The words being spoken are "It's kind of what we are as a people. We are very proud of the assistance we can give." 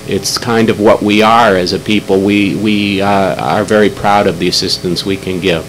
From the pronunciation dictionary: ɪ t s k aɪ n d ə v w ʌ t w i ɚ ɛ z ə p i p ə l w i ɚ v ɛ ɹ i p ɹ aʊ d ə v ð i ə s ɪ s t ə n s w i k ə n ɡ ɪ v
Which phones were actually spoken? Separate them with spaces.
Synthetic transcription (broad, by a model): ɪ t s k aɪ n d ə v w ʌ t w i ɚ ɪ z ə p i p l w i ɚ v ɛ ɹ i p ɹ aʊ d ə v ð i ə s ɪ s t ə n s w i k ə n ɡ ɪ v